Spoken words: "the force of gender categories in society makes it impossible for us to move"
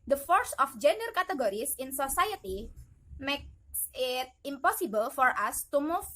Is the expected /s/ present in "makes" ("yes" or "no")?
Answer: yes